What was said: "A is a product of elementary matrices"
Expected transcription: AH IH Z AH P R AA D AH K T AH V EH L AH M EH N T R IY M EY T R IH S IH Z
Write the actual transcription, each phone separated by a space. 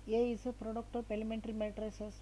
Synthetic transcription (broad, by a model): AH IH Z AH P R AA D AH K T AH P EH L AH M EH N T R IY M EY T R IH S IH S